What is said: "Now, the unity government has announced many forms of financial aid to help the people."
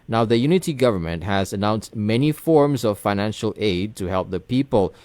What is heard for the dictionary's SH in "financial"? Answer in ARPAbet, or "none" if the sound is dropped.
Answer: SH